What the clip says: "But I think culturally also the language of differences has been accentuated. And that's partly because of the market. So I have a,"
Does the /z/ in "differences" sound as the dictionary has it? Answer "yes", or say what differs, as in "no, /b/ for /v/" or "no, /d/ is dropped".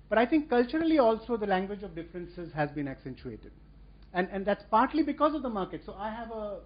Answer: yes